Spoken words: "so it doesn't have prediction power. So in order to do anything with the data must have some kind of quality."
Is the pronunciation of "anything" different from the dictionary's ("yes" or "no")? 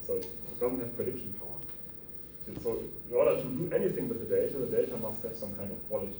no